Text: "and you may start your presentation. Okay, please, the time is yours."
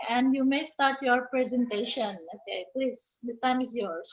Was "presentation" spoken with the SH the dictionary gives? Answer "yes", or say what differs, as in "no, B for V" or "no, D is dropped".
yes